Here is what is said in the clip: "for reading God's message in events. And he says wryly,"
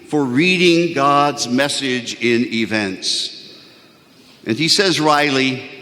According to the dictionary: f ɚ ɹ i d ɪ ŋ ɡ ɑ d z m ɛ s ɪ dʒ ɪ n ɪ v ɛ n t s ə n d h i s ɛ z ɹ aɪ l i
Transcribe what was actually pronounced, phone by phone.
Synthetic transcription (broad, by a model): f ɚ ɹ i d ɪ ŋ ɡ ɑ d z m ɛ s ɪ dʒ ɪ n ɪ v ɛ n t s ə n i s ɛ z ɹ aɪ l i